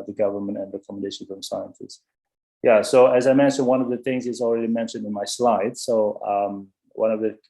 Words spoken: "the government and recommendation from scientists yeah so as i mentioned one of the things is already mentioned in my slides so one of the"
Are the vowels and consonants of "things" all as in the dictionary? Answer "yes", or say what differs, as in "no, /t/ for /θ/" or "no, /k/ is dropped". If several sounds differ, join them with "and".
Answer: yes